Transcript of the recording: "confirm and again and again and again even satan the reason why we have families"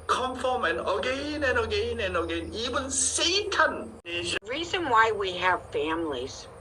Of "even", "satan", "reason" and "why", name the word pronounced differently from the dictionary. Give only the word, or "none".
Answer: none